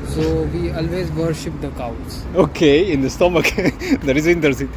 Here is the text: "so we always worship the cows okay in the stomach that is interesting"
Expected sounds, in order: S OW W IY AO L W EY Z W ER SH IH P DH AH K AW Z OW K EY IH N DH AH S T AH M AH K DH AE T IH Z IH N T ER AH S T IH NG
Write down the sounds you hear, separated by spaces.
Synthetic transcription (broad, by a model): S OW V IY AO L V EY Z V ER SH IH P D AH K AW S OW K EY IH N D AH S T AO M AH K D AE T IH Z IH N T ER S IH